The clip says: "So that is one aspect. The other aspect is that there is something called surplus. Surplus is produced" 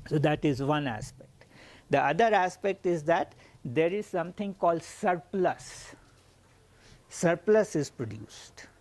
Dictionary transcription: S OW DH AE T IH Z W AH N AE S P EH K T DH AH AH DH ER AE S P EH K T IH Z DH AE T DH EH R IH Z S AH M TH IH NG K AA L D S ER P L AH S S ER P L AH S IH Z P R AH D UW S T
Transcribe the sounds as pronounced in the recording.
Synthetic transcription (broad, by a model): S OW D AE T IH Z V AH N AE S P EH K T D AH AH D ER AE S P EH K T IH Z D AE T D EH R IH Z S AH M T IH NG K AA L D S ER P L AH S S ER P L AH S IH Z P R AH D UW S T